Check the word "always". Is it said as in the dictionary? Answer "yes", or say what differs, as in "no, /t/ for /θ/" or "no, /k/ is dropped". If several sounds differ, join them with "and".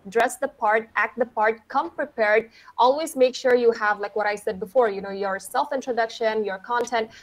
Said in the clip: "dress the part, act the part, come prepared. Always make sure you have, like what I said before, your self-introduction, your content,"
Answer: yes